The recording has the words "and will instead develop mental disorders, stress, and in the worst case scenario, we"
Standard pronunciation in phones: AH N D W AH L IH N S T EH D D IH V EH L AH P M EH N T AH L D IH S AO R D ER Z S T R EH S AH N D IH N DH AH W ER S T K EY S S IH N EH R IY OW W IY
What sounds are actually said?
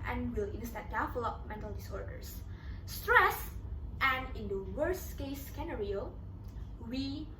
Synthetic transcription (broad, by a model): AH N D W AH L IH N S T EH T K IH F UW L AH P M EH N T AH L D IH S AO R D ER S S T R EH S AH N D IH N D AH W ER S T K EY S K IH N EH R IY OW W IY